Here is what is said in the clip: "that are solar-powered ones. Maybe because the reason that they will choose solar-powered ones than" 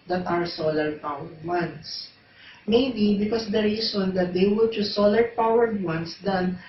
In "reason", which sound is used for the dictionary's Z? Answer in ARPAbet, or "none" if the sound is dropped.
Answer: S